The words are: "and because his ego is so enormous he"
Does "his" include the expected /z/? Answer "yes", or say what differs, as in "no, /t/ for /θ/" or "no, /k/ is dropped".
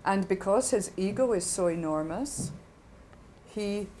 yes